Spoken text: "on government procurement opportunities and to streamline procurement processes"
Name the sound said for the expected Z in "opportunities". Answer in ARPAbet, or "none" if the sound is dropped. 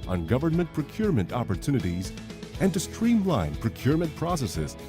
Z